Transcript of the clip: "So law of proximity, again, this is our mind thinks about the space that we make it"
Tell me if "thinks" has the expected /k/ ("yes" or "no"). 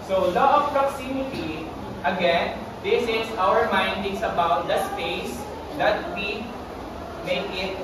no